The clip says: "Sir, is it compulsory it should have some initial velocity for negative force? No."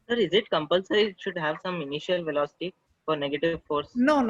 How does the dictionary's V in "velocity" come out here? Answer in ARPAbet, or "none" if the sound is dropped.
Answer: V